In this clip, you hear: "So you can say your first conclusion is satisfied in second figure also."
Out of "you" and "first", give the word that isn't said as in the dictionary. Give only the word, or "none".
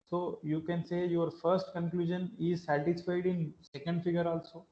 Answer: none